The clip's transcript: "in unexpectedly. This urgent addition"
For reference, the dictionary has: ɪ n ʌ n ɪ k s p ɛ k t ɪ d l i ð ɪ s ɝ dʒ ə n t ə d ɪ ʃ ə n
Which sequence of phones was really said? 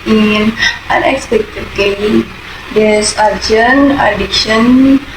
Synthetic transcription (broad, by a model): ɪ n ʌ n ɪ k s p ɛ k t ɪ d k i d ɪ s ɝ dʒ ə n ə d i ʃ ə n